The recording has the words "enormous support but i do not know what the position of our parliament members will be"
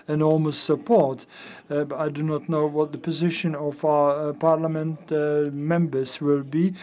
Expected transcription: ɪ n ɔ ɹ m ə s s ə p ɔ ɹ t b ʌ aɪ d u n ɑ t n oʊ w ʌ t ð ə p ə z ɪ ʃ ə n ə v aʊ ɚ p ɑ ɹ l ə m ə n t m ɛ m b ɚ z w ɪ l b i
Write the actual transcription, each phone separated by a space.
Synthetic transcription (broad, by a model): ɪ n ɔ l m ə s s ə p ɔ ɹ t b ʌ aɪ d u n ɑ t n oʊ w ʌ t ð ə p ə z ɪ ʃ ə n ə v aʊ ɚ p ɑ ɹ l ə m ə n t m ɛ m b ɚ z w ɪ l b i